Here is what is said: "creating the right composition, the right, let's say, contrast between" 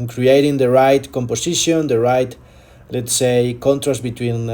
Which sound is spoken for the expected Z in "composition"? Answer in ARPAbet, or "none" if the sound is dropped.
S